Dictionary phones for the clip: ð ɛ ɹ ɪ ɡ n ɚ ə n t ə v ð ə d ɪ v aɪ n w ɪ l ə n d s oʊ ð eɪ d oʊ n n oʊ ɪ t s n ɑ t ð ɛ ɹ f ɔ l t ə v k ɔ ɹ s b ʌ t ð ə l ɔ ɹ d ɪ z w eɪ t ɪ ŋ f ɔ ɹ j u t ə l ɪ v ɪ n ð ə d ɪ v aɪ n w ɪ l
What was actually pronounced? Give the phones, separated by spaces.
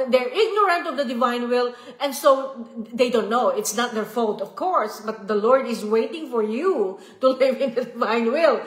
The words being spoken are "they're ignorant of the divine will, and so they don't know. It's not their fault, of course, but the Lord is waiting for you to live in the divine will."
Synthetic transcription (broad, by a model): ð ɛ ɹ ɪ ɡ n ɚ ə n t ə v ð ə d ɪ v aɪ n w ɪ l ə n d s oʊ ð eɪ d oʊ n n oʊ ɪ t s n ɑ t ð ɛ ɹ f ɔ l t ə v k ɔ ɹ s b ʌ t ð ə l ɔ ɹ d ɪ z w eɪ t ɪ ŋ f ɔ ɹ j u t ə l ɪ v ɪ n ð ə d ɪ v aɪ n w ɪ l